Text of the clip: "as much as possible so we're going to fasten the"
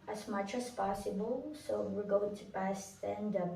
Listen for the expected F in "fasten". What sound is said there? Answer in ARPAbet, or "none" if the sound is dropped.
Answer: P